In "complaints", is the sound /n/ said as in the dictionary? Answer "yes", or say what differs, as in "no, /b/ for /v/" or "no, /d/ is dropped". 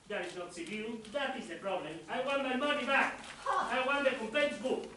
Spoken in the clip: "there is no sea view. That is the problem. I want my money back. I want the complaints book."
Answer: no, /n/ is dropped